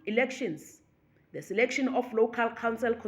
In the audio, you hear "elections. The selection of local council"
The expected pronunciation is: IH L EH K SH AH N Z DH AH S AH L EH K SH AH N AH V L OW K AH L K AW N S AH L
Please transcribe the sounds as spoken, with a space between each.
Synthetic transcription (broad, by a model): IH L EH K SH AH N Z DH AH S AH L EH K SH AH N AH F L OW K AH L K AW N S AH L